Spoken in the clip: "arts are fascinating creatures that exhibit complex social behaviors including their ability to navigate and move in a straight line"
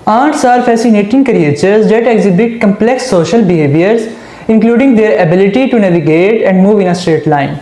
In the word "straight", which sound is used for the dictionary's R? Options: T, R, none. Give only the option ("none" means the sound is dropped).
R